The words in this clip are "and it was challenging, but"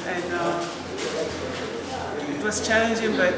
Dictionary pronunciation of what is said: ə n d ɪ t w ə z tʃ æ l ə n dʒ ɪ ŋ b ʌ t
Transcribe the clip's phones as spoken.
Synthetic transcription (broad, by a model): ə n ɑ ɪ t w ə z tʃ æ ə n dʒ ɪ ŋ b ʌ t